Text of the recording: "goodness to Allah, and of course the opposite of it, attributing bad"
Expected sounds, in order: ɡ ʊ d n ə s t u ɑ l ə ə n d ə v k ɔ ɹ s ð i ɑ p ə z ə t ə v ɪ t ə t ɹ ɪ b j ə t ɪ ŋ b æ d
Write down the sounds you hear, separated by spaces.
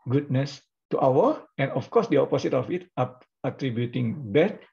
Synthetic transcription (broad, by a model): ɡ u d n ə s t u ɑ w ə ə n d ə f k ɔ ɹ s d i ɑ p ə s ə t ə f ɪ t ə t ɹ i b j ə t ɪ ŋ b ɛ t